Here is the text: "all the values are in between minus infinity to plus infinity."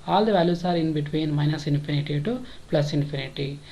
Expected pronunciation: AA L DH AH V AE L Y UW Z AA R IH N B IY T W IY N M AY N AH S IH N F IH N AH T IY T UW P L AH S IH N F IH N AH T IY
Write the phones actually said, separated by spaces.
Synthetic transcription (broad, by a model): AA L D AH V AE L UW S AA R IH N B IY T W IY N M AY N AH S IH N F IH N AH T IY T UW P L AH S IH N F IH N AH T IY